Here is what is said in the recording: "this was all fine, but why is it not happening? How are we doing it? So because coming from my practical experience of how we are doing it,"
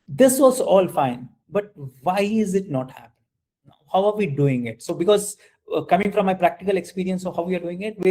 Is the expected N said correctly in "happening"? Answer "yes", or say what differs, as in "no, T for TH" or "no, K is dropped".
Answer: no, N is dropped